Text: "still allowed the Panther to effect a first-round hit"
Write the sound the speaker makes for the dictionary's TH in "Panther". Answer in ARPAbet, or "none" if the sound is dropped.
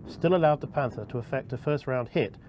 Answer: TH